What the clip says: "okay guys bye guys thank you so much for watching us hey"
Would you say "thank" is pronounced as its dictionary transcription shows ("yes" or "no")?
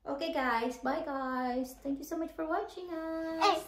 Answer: no